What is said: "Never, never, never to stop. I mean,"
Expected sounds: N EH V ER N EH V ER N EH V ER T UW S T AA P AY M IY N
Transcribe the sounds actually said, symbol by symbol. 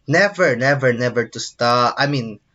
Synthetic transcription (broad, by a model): N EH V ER N EH V ER N EH V ER T UW S T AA AY M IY N